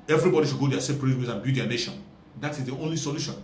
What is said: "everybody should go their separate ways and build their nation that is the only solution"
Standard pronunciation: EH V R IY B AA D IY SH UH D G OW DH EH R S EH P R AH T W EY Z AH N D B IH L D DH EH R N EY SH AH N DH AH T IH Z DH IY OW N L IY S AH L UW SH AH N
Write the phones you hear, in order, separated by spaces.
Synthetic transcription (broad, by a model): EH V R IY B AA D IY SH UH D G OW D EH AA S EH P R AH T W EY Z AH N B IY D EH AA N EY SH AH N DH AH T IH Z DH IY OW N L IY S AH L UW SH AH N